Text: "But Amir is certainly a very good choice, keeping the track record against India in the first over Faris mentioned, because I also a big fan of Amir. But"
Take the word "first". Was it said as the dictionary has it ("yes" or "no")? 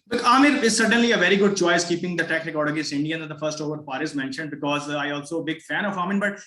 yes